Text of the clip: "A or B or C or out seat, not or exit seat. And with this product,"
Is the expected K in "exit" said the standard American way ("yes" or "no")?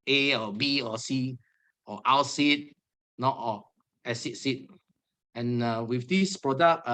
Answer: no